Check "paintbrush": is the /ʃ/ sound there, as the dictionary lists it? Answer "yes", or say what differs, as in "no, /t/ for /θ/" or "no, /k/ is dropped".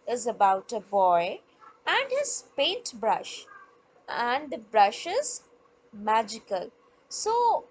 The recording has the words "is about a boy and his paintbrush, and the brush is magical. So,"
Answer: yes